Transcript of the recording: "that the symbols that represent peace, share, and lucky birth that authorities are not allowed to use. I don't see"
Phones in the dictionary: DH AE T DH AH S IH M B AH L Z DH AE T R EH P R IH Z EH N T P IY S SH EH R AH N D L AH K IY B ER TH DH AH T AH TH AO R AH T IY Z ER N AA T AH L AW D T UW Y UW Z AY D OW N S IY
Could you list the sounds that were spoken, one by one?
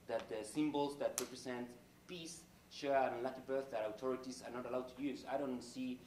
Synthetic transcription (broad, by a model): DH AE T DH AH S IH M B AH L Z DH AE T R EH P R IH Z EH N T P IY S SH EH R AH N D L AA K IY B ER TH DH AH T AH T AO R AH T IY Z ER N AA T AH L AW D T UW Y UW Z AY D OW N S IY